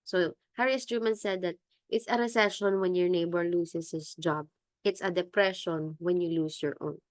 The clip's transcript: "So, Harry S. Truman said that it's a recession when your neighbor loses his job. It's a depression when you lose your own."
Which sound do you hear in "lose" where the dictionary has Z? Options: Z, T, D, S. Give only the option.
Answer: S